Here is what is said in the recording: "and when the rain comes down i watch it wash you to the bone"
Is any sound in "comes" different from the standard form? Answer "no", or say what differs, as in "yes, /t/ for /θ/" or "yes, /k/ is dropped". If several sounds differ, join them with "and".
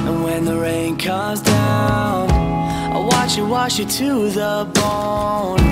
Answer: no